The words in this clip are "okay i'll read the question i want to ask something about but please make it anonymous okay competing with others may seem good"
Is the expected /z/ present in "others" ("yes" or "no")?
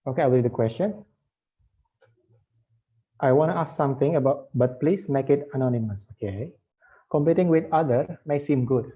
no